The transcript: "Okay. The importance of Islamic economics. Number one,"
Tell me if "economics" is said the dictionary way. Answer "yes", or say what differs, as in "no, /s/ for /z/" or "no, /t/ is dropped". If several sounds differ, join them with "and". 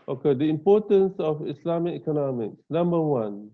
yes